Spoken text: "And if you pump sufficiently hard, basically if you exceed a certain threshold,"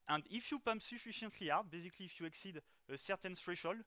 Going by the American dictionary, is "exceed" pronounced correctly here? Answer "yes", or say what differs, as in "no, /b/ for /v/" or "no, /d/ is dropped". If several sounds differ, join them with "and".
yes